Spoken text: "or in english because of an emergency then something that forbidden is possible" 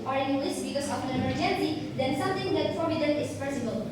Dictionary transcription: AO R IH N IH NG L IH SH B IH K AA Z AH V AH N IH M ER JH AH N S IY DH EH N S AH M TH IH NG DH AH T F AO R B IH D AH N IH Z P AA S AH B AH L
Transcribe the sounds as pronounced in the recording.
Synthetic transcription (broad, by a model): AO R IH N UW L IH S B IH K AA S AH F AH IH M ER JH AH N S IY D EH N S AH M T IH NG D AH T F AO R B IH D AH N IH S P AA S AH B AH L